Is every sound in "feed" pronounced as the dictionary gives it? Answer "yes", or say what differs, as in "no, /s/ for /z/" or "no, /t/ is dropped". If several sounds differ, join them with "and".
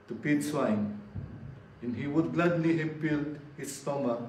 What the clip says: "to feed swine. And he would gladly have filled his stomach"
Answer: no, /p/ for /f/